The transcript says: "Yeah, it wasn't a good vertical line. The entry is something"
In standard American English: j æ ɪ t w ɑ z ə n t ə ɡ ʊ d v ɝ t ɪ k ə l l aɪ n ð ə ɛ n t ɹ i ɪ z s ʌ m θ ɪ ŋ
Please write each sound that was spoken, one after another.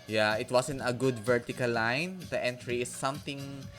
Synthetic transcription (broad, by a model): j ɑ ɪ t w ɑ s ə n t ə ɡ ʊ d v ɝ t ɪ k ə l l aɪ n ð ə ɛ n t ɹ i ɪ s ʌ m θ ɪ ŋ